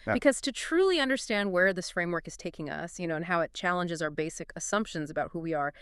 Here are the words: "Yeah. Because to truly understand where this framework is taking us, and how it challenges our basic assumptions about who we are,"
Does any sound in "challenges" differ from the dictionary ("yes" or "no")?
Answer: no